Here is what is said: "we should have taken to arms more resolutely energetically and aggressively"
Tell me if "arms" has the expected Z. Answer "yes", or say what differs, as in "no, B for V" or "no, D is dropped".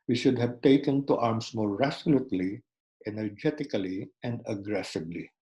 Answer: no, S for Z